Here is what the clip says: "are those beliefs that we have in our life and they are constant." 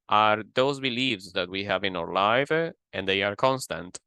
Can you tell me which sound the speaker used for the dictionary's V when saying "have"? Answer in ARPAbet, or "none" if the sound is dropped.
V